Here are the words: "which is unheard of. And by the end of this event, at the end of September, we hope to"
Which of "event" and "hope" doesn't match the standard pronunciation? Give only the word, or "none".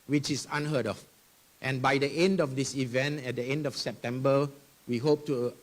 none